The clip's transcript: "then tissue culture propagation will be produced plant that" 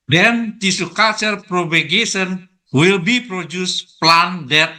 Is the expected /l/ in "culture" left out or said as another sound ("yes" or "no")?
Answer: yes